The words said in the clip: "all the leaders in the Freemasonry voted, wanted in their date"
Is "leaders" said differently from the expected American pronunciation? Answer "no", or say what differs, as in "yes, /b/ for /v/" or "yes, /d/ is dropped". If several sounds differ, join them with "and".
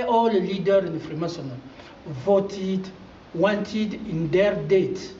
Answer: yes, /z/ is dropped